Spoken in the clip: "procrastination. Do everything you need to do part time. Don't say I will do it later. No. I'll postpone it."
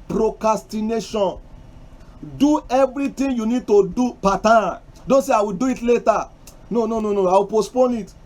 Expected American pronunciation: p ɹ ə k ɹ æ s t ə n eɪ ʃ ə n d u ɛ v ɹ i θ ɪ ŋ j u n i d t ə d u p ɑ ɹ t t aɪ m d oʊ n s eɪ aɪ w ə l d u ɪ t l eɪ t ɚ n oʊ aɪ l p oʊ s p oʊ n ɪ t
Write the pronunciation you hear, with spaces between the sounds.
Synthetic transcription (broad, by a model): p ɹ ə k ɹ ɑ s t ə n eɪ ʃ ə n d u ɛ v ɹ i t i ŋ j u n i d t ə d u p ɑ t t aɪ d oʊ n s eɪ aɪ w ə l d u ɪ t l eɪ t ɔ n oʊ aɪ w p oʊ s p oʊ n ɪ t